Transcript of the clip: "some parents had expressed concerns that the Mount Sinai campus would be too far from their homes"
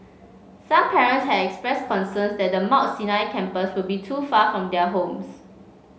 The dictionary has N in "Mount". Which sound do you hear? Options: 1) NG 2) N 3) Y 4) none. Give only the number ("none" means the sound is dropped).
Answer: 4